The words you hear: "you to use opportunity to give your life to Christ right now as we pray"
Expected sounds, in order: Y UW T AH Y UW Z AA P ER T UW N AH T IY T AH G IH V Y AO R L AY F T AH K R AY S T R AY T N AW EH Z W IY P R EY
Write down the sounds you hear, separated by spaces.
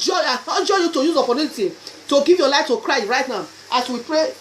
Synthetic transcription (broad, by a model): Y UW T AH Y UW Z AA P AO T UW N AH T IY T AH G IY V Y AO L AY F T AH K R AY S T R AY T N AW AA S W IY P R EY